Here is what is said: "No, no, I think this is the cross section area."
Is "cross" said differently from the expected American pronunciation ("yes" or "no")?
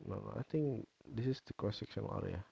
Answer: yes